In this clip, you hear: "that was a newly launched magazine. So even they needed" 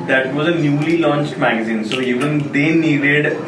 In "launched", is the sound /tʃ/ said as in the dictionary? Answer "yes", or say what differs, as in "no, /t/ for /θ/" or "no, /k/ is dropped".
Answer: yes